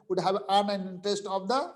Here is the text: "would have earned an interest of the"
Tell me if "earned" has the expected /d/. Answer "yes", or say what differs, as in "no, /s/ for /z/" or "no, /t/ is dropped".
no, /d/ is dropped